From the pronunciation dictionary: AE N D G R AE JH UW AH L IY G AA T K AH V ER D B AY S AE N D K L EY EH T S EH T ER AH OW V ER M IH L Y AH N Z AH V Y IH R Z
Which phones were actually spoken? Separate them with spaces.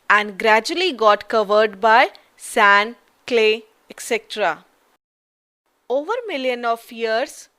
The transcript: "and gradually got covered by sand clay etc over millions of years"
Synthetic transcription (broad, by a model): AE N D G R AE JH UW AH L IY G AA T K AH V ER D B AY S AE N K L EY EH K S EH T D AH OW V ER M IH L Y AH N AH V Y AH R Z